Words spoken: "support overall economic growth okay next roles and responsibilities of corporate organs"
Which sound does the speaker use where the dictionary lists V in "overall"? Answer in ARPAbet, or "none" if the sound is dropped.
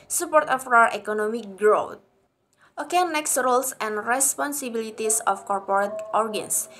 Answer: W